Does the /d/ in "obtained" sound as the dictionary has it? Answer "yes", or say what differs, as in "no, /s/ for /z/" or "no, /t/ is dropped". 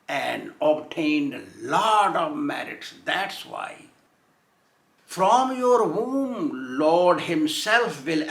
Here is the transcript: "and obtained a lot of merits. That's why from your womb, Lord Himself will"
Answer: yes